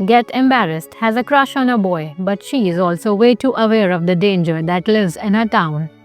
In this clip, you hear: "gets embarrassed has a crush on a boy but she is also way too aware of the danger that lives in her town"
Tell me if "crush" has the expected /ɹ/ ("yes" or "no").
yes